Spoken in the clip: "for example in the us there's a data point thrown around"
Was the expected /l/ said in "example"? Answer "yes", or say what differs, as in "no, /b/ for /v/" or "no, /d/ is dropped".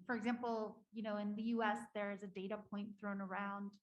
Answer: no, /n/ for /l/